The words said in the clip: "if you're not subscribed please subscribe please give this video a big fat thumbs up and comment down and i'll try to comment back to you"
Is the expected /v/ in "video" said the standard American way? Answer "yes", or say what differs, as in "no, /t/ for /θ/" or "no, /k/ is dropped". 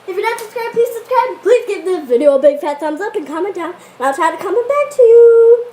yes